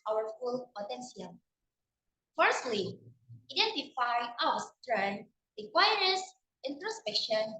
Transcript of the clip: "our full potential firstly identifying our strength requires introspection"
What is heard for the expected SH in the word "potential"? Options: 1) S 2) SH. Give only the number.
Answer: 1